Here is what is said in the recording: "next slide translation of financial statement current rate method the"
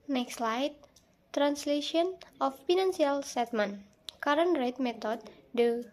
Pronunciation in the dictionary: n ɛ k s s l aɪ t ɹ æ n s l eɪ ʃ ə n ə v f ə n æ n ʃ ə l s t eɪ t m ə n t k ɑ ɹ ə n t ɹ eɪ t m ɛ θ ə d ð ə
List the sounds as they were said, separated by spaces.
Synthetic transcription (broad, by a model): n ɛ k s s l aɪ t ɹ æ n s l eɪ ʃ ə n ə f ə n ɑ n s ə l s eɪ t m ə n k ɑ ɹ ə n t ɹ eɪ t m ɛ t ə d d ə